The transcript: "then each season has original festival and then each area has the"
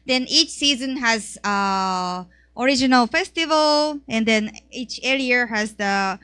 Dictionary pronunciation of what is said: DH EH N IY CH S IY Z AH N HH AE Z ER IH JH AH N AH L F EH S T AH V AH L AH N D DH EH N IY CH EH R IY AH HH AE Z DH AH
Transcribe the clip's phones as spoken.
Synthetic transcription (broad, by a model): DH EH N IY CH S IY Z AH N HH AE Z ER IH JH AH N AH L F EH S T AH V AH L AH N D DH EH N IY CH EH L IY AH HH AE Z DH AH